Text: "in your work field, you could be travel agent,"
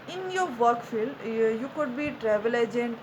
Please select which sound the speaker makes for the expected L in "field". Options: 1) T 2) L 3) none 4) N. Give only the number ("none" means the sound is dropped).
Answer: 2